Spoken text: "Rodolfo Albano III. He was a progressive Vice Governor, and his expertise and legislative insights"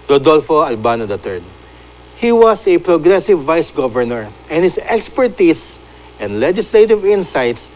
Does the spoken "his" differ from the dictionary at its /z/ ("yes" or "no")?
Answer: yes